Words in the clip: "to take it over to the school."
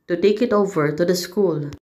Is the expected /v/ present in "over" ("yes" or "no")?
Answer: yes